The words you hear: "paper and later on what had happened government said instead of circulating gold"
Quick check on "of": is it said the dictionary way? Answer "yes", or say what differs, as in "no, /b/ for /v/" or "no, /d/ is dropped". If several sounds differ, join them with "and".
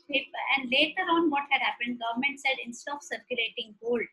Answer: no, /p/ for /v/